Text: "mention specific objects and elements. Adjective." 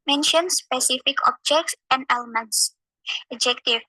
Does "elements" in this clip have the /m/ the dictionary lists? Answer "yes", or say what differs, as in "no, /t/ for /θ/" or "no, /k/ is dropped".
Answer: yes